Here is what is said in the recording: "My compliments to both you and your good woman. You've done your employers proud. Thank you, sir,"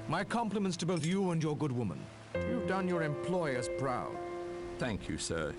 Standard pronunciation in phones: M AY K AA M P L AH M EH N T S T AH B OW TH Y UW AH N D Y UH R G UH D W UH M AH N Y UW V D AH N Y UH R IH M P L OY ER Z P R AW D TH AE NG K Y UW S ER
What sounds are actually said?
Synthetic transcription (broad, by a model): M AY K AA M P L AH M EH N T S T AH B OW TH Y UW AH N Y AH R G UH D W UH M AH N Y UW V D AH N Y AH R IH M P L OY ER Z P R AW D TH AE NG K Y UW S ER